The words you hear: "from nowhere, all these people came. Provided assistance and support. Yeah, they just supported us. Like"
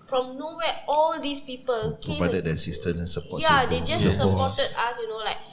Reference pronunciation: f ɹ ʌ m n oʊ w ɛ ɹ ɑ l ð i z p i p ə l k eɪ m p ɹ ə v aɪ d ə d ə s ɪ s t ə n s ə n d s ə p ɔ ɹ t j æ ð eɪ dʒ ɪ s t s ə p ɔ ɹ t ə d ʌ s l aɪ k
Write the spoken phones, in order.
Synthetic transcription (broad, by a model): f ɹ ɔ m n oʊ w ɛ ɑ l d i s p i p ə l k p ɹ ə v aɪ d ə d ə s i s t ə s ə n s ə p ɔ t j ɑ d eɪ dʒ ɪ s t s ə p ɔ t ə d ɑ s l aɪ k